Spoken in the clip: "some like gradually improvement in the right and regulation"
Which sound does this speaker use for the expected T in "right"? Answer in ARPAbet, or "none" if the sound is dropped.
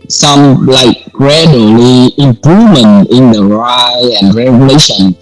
none